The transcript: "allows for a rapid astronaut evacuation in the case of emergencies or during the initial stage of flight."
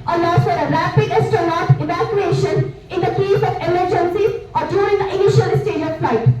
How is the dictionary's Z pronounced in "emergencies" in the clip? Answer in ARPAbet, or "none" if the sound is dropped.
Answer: none